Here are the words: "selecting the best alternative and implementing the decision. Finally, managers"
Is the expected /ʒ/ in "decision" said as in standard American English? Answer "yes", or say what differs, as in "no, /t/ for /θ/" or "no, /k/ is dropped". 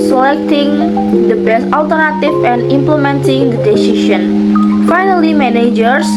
no, /ʃ/ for /ʒ/